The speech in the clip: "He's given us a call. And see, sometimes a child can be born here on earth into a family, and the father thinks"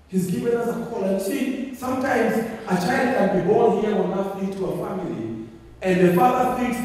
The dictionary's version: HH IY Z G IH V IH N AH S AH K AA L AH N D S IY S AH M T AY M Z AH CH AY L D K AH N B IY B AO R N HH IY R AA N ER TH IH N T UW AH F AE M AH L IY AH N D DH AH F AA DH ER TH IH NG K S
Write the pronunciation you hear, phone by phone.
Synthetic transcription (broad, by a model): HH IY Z G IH V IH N AH S AH K AA L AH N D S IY S AH M T AY M Z AH CH AY L D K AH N B IY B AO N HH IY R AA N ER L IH T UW AH F AE M AH L IY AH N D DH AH F AA DH ER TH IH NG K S